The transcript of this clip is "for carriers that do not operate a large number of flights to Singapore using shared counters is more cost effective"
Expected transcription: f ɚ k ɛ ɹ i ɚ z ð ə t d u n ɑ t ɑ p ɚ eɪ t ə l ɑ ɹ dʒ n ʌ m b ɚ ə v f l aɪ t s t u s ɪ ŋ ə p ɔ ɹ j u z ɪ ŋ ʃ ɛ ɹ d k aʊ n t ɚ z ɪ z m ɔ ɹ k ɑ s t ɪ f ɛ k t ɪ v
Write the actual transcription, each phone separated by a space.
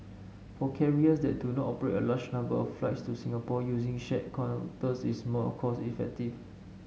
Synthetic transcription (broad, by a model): f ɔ k ɛ ɹ i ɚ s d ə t d u n ɑ t ɑ p ɚ eɪ t ə l ɑ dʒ n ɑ m b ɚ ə f f l aɪ t s t u s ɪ ŋ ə p ɔ j u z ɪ ŋ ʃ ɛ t k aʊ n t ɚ s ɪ s m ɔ k ɑ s ɪ f ɛ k t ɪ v